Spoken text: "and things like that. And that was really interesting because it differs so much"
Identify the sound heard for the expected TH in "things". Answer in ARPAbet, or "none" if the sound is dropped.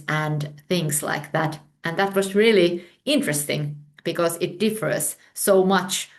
TH